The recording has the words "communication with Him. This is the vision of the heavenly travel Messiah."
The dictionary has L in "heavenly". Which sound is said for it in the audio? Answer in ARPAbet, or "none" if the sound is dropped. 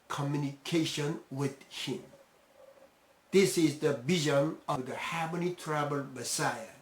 none